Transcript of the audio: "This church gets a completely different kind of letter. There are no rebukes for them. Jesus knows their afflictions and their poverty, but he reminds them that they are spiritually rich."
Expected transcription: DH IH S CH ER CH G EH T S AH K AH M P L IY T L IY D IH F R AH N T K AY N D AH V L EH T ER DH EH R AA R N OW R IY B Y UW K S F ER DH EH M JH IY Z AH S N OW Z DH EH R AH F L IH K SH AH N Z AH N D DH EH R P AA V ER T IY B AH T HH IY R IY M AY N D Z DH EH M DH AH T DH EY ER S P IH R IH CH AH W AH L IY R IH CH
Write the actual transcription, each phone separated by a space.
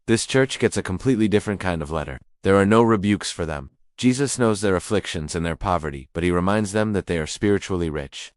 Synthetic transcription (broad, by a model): DH IH S CH ER CH G EH T S AH K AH M P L IY T L IY D IH F R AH N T K AY N D AH V L EH T ER DH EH R AA R N OW R IY B Y UW K S F ER DH EH M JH IY Z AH S N OW Z DH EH R AH F L IH K SH AH N Z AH N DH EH R P AA V ER T IY B AH T HH IY R IY M AY N D Z DH EH M DH AH T DH EY ER S P IH R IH CH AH L IY R IH CH